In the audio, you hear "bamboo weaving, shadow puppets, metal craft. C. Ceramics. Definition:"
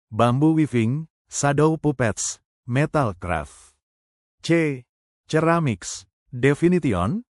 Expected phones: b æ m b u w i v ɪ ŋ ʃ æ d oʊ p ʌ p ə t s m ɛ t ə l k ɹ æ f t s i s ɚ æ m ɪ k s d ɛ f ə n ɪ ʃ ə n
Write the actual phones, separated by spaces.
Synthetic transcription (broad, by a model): b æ m b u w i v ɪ ŋ s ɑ d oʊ p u p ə t s m ɛ t ə l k ɹ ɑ f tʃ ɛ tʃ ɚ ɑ m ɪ k s d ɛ f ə n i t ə n